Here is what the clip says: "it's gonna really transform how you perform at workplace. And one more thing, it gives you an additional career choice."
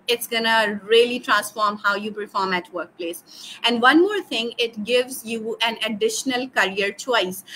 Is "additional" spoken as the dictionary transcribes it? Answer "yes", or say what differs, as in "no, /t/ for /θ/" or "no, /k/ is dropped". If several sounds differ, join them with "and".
yes